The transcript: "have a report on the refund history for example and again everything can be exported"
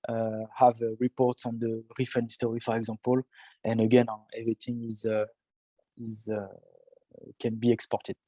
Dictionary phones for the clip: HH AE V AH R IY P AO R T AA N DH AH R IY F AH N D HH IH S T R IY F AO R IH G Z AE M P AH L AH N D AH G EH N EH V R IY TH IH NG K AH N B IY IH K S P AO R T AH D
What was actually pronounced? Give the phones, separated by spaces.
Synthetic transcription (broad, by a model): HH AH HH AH R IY P AO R T AA N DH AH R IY F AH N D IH S T R IY F AO R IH G Z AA P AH L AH N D AH G EH N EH V R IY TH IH NG K AH N B IY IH K S P AO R T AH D